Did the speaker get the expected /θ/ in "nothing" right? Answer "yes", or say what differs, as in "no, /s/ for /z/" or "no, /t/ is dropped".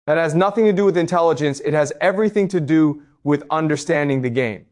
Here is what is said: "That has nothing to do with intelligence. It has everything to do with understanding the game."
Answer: yes